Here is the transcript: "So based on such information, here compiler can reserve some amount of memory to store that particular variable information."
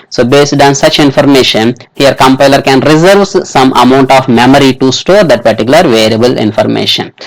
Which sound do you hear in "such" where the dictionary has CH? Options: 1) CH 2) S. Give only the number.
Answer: 1